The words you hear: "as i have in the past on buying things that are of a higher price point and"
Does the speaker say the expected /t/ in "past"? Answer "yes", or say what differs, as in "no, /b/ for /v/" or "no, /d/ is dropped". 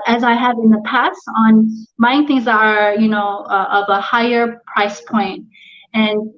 yes